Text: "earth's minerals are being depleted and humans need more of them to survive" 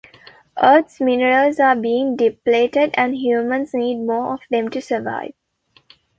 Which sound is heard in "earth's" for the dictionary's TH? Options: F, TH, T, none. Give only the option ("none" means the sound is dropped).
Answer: T